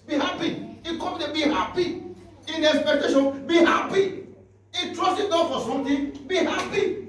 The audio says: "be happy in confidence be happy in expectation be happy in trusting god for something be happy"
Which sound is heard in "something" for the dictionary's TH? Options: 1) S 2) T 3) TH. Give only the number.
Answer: 2